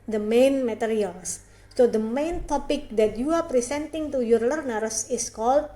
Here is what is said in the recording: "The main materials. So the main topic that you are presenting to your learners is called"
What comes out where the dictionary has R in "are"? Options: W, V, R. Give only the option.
R